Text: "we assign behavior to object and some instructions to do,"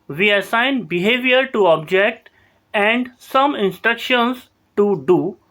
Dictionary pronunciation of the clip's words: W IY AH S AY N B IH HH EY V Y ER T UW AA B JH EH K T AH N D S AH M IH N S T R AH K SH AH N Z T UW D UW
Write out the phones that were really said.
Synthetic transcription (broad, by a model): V IY AH S AY N B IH HH EY V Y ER T UW AA B JH EH K T AH N D S AH M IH N S T R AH K SH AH N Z T UW D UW